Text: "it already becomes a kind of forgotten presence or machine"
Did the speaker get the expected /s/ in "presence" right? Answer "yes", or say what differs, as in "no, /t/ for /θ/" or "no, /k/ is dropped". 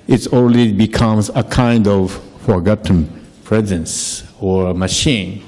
yes